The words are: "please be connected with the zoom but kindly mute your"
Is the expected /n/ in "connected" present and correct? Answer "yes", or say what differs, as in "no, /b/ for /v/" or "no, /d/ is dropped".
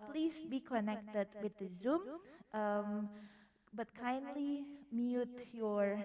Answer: yes